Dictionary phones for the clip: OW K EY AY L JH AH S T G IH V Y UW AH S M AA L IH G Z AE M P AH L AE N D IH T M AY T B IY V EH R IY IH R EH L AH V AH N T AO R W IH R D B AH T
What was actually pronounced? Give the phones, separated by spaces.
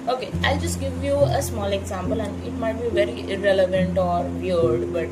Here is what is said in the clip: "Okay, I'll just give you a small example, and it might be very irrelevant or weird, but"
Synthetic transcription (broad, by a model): OW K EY AY L JH AH S T G IH V Y UW AH S M AA L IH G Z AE M P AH L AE N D IH T M AY T B IY V EH R IY IH R EH L AH V AH N T AO R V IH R D B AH T